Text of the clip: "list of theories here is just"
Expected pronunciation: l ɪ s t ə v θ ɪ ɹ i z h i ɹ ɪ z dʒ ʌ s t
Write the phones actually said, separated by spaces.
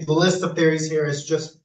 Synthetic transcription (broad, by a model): l ɪ s t ə v θ ɪ ɹ i z h i ɹ ɪ z dʒ ʌ s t